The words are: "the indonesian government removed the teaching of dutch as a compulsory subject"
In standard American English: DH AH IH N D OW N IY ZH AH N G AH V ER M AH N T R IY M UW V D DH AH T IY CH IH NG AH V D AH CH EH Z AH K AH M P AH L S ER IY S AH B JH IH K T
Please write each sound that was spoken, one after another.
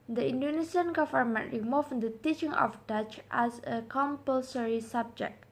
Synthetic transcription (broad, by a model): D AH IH N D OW N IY S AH N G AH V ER M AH N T R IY M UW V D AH T IY CH IH NG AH F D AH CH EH S AH K AH M P AH L S ER IY S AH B JH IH K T